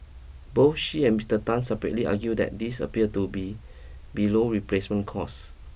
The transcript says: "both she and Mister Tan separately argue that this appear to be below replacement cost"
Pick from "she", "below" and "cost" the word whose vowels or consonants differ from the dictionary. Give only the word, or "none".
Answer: cost